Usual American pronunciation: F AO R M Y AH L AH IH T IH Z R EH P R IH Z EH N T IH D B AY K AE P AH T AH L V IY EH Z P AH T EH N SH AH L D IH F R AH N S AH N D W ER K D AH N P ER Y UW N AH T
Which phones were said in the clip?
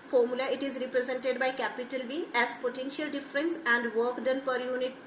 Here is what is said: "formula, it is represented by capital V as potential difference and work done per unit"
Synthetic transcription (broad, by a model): F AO R M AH L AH IH T IH Z R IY P R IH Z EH N T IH D B AY K AE P AH T AH L V IY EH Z P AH T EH N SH AH L D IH F R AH N S AH N D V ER K D AH N P ER Y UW N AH T